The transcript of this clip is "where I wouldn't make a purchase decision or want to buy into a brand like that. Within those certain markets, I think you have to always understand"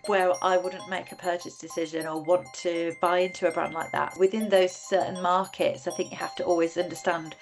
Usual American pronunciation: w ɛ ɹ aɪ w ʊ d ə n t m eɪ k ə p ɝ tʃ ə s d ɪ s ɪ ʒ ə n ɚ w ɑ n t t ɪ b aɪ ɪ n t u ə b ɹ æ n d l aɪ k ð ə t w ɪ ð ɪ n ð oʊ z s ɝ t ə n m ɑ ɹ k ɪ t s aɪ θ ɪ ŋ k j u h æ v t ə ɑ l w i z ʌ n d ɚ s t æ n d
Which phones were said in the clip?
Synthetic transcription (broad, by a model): w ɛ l aɪ w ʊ d n m eɪ k ə p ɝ tʃ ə s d ɪ s ɪ ʒ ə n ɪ w ɑ n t t ɪ b aɪ ɪ n t u ə b ɹ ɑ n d l aɪ k ð ə t w ɪ ð ɪ n ð oʊ z s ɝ t n m ɑ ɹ k ɪ t s aɪ θ ɪ ŋ k j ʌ h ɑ f t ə ɑ l w i z ʌ n d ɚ s t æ n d